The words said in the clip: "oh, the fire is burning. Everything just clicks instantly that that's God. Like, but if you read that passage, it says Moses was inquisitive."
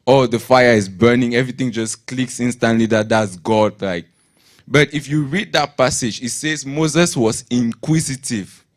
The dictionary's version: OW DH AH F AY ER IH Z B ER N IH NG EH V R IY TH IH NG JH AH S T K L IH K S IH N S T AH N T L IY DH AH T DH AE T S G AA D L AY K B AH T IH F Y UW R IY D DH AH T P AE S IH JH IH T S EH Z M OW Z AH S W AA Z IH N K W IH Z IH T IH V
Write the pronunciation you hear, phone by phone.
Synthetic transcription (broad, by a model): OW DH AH F AY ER IH Z B ER N IH NG EH V R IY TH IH NG JH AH S K L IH K S IH N S T AH N T L IY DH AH T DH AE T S G AA D L AY K B AH T IH F Y UW R IY D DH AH T P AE S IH JH IH T S EH Z M OW Z AH S W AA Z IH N K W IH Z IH T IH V